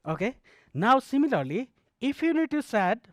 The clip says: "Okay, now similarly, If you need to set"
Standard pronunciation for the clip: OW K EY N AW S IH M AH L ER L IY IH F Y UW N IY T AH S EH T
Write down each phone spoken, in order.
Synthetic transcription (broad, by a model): OW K EY N AW S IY M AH L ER L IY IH P Y UW N IY T AH S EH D